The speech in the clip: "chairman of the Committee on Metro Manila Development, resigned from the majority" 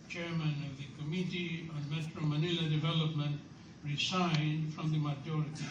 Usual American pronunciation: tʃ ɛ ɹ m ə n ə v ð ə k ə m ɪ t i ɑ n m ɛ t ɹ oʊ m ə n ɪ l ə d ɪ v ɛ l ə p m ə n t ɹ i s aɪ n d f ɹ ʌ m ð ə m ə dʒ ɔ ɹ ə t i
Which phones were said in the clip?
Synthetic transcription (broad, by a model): tʃ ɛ ɹ m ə n ə v ð ə k ə m ɪ t i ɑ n m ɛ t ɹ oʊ m ə n ɪ l ə d ɪ v ɛ l ə p m ə n t ɹ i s aɪ n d f ɹ ʌ m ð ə m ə dʒ ɔ ɹ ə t i